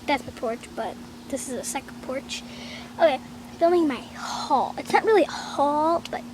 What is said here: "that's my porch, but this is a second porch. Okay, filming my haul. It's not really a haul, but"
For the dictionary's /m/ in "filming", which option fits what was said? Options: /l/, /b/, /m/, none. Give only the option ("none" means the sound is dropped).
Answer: none